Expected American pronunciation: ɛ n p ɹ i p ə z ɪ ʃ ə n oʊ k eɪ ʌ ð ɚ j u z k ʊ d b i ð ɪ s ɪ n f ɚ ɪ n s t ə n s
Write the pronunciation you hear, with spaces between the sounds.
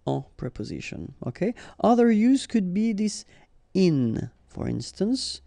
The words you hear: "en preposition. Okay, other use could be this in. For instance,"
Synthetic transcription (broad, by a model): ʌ p ɹ i p ə z ɪ ʃ ə n oʊ k eɪ ʌ ð ɚ j u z k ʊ d b i ð ɪ s ɪ n f ɚ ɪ n s t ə n s